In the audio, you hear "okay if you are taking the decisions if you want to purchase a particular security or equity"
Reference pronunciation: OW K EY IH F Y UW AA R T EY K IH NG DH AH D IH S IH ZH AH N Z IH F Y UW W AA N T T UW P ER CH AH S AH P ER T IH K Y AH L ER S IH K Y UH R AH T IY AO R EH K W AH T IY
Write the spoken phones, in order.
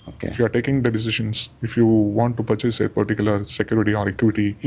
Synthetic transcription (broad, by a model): OW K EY IH F Y UW AA R T EY K IH NG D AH D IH S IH SH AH N S IH F Y UW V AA N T T UW P ER CH AH S AH P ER T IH K Y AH L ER S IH K Y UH R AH T IY AO R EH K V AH T IY